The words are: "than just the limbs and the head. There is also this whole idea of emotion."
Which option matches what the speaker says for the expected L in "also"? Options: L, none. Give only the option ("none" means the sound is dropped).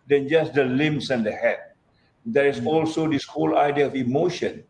L